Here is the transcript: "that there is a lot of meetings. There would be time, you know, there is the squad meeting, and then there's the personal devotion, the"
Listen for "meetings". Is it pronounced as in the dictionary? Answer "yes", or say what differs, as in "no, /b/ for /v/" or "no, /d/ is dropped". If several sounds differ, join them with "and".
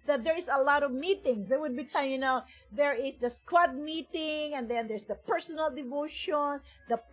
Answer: no, /s/ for /z/